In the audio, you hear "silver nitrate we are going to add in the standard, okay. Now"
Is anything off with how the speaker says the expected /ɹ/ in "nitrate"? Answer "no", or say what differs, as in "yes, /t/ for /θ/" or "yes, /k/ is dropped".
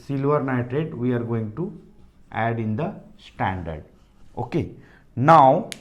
yes, /ɹ/ is dropped